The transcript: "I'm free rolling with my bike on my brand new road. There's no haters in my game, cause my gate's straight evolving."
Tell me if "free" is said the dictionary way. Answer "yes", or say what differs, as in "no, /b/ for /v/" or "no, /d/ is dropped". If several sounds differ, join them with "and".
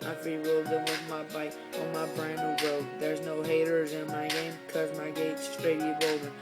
no, /ɹ/ is dropped